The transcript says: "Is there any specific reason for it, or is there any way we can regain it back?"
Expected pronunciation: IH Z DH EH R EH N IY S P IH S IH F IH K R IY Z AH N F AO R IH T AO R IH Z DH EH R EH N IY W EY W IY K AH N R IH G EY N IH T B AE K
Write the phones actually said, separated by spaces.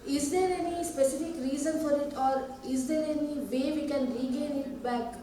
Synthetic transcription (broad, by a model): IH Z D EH R EH N IY S P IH S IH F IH K R IY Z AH N F AO R IH T AO R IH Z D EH R EH N IY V EY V IY K AH N R IH G EY N IH T B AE K